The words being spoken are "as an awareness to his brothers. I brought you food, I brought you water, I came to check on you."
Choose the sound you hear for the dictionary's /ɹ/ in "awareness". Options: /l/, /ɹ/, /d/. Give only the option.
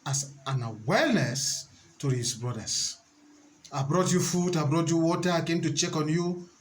/l/